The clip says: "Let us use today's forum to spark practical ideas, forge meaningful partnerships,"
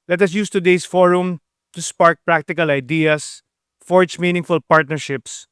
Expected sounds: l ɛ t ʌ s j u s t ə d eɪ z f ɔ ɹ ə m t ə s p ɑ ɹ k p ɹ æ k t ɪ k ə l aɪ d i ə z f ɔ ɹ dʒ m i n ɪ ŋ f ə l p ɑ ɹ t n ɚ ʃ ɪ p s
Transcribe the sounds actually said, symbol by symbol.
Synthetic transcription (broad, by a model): l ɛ t ʌ s j u s t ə d eɪ s f ɔ ɹ ə m t ə s p ɑ ɹ k p ɹ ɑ k t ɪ k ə l aɪ d i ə s f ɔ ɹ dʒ m i n ɪ ŋ f ə l p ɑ ɹ t n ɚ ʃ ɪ p s